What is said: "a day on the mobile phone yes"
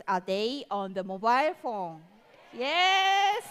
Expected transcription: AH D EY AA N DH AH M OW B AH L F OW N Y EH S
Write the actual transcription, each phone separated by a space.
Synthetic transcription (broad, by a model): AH D EY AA N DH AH M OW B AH L F OW N Y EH S